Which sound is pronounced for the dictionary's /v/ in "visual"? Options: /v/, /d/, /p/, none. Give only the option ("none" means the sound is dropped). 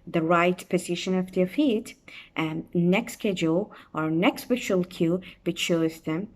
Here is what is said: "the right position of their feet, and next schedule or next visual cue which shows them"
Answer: /p/